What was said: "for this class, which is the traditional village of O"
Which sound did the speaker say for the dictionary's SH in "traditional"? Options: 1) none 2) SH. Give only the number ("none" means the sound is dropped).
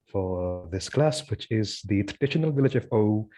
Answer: 2